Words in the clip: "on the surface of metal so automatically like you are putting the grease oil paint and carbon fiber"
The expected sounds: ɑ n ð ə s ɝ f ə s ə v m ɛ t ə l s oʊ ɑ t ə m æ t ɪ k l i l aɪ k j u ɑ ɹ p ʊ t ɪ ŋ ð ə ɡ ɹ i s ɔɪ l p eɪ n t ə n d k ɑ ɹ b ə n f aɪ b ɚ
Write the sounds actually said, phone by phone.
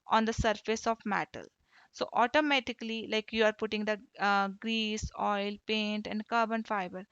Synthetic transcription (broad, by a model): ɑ n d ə s ɝ f ə s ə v m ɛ t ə l s oʊ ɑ t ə m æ t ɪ k l i l aɪ k j u ɑ ɹ p ʊ t ɪ ŋ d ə ɡ ɹ i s ɔɪ l p eɪ n t ə n d k ɑ ɹ b ə n f aɪ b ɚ